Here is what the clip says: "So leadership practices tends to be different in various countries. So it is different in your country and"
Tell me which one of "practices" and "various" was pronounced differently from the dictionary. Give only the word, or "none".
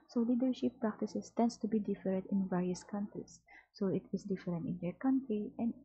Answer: practices